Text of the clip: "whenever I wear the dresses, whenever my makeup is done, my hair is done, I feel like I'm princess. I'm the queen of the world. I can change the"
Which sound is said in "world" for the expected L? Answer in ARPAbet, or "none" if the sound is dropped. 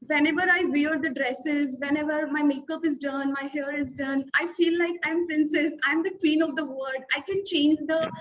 none